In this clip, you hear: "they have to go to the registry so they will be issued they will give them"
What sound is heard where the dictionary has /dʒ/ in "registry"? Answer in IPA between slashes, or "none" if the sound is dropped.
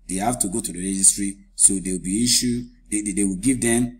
/dʒ/